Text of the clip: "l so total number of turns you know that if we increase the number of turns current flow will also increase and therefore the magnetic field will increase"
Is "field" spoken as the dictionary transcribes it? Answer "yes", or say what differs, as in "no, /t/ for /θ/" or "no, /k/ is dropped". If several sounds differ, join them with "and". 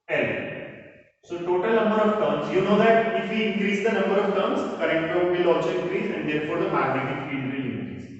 no, /l/ is dropped